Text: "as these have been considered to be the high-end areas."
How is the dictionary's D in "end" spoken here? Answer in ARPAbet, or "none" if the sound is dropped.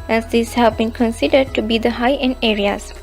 none